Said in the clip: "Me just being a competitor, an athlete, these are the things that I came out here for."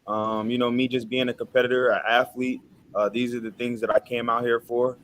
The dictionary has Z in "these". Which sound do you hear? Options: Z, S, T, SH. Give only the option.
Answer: Z